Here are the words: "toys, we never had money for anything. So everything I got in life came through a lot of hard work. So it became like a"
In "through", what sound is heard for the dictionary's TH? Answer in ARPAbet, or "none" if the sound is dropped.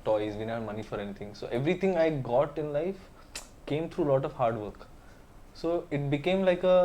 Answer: T